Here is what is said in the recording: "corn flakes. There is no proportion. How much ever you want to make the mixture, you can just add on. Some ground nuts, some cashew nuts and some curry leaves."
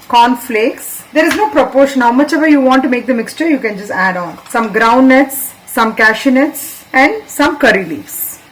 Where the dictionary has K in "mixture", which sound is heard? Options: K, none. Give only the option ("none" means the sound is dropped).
K